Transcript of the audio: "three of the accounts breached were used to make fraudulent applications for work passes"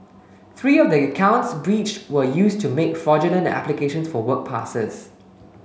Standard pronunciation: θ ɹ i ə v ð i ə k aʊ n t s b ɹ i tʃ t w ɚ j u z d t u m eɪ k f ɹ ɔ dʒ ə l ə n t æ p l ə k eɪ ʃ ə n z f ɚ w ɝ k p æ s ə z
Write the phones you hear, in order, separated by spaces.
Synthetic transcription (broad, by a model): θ ɹ i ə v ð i ə k aʊ n t s b ɹ i tʃ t w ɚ j u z t u m eɪ k f ɹ ɔ dʒ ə n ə n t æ p l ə k eɪ ʃ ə n s f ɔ w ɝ k p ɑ s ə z